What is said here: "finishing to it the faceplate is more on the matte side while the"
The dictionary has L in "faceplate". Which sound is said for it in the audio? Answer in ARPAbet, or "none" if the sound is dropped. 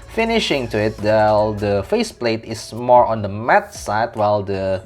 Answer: L